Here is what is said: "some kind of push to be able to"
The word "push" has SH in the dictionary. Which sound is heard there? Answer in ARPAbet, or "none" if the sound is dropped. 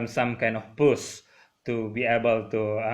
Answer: S